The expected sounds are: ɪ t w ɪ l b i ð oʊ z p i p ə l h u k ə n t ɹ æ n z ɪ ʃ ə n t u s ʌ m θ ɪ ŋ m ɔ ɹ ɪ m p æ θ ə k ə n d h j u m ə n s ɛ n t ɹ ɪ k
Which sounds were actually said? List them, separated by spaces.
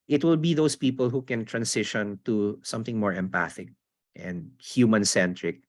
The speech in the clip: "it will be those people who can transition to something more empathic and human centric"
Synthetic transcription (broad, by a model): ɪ t w ɪ l b i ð oʊ s p i p ə l h u k ə n t ɹ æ n s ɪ ʃ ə n t u s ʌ m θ ɪ ŋ m ɔ ɹ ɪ m p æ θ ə k ə n d h j u m ə n s ɛ n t ɹ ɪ k